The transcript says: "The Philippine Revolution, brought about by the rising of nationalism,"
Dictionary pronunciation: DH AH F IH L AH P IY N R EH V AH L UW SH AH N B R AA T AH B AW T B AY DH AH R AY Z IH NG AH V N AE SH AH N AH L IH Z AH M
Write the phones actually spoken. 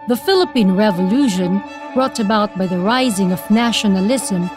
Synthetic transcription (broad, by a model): DH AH F IH L AH P IY N R EH V AH L UW SH AH N B R AA T AH B AW T B AY DH AH R AY Z IH NG AH V N AE SH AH N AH L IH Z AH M